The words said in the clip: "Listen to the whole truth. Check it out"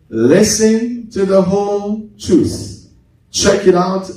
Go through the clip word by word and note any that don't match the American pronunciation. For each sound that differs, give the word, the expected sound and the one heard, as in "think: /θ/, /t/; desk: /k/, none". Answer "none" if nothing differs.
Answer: truth: /ɹ/, none